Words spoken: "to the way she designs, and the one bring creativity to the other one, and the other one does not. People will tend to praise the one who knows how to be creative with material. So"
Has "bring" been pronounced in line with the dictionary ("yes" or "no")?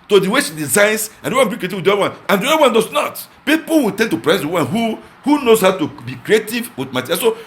no